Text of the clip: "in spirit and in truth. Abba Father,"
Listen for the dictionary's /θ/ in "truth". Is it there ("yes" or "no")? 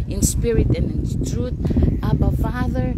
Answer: no